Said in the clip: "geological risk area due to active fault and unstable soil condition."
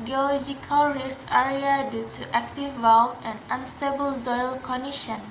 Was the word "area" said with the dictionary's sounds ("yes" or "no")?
yes